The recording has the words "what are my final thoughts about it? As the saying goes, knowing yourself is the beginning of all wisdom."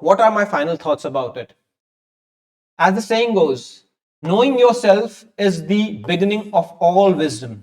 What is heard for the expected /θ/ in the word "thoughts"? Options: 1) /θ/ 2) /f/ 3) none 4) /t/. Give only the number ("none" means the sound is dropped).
4